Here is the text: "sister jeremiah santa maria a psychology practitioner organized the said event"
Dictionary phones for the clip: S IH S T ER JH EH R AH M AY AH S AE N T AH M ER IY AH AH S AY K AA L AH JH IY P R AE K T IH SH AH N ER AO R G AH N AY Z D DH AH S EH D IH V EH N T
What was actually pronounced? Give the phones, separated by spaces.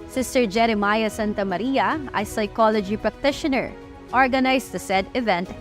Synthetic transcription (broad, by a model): S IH S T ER JH EH R AH M AY AH S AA N T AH M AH IY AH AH S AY K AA L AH JH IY P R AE K T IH SH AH N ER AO R G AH N AY S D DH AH S EH D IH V EH N T